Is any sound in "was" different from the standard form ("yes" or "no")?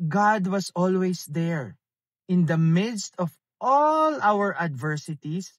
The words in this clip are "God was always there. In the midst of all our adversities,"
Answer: yes